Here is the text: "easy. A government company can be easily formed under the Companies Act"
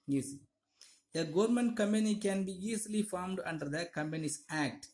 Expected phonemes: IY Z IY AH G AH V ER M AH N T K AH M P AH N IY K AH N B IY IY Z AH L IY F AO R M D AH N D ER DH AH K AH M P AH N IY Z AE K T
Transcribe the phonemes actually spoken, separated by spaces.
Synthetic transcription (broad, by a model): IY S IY AH G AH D M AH N T K AH M P AH N IY K AH N B IY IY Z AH L IY F AO R M D AH N D ER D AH K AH M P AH N IY S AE K T